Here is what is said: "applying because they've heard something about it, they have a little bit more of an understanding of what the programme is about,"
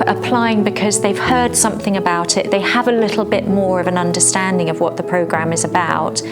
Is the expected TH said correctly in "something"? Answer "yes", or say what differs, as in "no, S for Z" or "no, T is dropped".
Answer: yes